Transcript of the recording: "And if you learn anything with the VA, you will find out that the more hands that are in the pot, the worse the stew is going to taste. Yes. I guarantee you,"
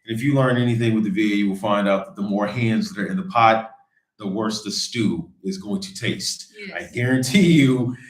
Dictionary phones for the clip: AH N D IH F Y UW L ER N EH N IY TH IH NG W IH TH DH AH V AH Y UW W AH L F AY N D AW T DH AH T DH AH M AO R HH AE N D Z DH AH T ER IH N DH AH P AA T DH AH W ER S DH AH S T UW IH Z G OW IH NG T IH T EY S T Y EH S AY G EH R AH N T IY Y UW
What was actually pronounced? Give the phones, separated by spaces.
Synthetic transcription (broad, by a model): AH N IH F Y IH L ER N EH N IY TH IH NG W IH DH AH V AH Y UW W AH L F AY N D AW T DH AH T DH AH M AO R HH AE N D Z DH AH T ER IH N DH AH P AA T DH AH W ER S DH AH S T UW IH Z G OW IH NG T IH T EY S T AY G EH R AH N T IY Y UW